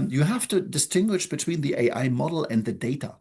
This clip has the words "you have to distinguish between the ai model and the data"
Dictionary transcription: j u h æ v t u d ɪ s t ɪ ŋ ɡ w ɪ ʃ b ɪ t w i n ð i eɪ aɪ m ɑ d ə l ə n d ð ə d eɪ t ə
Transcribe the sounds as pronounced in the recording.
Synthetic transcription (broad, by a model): j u h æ f t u d ɪ s t ɪ ŋ ɡ w ɪ ʃ b ɪ t w i n ð i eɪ aɪ m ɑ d l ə n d ð ə d eɪ t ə